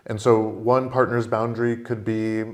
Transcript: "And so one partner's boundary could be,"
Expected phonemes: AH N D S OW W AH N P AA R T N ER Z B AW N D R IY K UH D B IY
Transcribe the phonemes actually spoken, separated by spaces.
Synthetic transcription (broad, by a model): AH N S OW W AH N P AA R T N ER Z B AW N D R IY K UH D B IY